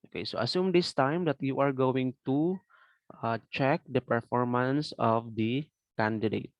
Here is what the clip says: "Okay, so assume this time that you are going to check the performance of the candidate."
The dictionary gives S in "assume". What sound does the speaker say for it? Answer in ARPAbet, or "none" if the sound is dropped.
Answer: S